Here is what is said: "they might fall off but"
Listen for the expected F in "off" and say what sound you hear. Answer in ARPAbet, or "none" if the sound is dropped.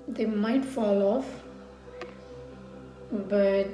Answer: F